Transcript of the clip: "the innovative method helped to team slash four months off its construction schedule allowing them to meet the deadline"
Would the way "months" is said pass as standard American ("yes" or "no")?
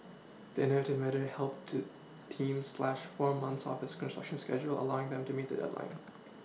yes